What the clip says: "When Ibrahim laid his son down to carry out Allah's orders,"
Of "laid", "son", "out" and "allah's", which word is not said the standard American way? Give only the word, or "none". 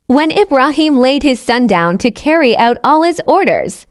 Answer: none